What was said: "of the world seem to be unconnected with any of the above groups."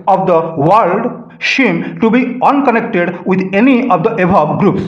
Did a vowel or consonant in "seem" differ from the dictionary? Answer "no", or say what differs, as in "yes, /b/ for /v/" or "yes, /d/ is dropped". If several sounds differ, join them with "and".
yes, /ʃ/ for /s/